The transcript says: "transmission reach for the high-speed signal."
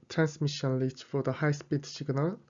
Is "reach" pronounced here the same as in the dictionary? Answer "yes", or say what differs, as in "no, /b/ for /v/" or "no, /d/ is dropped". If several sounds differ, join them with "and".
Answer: no, /l/ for /ɹ/